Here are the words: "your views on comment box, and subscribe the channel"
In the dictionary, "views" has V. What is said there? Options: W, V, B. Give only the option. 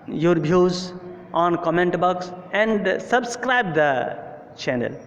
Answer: B